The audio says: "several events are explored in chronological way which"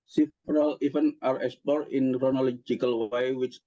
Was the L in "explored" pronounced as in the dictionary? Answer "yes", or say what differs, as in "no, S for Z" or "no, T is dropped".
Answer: no, L is dropped